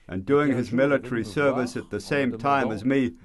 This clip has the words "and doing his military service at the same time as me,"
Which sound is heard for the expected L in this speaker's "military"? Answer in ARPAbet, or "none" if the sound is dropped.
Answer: L